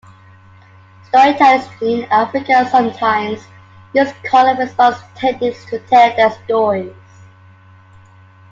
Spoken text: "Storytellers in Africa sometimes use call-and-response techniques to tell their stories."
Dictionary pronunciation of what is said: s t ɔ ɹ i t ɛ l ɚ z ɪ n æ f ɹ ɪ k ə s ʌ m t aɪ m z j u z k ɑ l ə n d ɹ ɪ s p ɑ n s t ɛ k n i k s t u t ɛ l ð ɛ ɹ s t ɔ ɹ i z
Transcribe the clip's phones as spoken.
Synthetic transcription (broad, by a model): s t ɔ ɹ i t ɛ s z ɪ n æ f ɹ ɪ k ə s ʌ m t aɪ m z j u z k ɑ l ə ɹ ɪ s ɑ s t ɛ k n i s t u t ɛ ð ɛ s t ɔ ɹ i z